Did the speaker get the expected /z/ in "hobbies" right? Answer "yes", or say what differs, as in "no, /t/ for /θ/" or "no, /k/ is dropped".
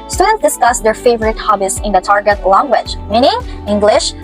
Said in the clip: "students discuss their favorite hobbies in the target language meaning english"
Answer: no, /s/ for /z/